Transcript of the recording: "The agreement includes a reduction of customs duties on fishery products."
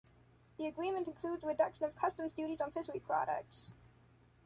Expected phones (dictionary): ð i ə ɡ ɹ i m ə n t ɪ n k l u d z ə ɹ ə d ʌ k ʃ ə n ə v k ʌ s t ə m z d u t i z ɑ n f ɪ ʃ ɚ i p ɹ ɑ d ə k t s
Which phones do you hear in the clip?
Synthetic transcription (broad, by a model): ð i ə ɡ ɹ i m ə n t ɪ n k l u d z ə ɹ ə d ʌ k ʃ ə n ə v k ʌ s t ə m z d u t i z n f ɪ s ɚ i p ɹ ɑ d ə k t s